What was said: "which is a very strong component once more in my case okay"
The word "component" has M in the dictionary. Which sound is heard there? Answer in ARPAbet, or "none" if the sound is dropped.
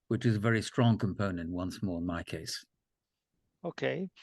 M